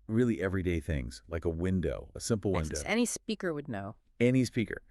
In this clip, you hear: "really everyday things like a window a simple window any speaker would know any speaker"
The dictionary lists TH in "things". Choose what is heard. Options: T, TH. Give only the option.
TH